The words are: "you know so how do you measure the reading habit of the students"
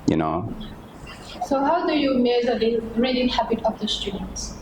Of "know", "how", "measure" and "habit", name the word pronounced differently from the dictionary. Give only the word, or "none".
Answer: measure